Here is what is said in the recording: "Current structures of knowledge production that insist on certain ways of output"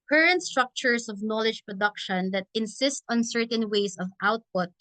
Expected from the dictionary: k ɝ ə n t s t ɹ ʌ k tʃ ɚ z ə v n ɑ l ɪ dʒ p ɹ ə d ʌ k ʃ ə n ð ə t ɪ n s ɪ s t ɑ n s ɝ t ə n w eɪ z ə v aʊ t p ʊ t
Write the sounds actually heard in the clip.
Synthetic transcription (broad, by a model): k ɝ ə n t s t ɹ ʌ k tʃ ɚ s ə v n ɑ l ɪ dʒ p ɹ ə d ʌ k ʃ ə n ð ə t ɪ n s ɪ s t ɑ n s ɝ t ə n w eɪ s ə v aʊ t p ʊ t